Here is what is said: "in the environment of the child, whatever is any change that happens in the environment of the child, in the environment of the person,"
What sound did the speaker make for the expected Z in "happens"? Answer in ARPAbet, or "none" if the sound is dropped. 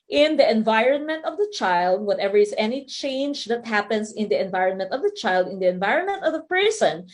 S